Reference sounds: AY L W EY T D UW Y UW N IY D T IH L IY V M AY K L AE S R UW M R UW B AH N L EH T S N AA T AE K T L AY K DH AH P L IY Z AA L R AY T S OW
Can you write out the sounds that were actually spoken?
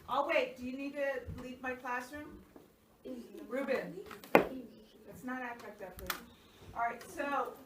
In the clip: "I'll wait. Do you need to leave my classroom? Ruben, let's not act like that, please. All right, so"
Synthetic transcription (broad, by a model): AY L W EY T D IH Y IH N IY D T IH L IY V M AY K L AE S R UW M R UW B AH N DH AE T S N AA T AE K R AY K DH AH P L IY AA R AY T S OW